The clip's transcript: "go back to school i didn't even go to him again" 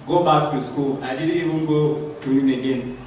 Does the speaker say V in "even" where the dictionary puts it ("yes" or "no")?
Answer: no